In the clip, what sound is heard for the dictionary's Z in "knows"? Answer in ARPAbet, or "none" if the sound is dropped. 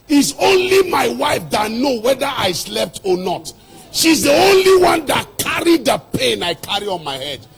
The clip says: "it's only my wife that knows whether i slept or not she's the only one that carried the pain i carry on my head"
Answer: none